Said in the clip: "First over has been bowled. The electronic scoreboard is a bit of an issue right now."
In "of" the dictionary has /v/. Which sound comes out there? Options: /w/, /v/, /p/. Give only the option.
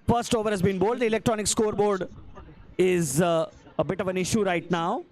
/v/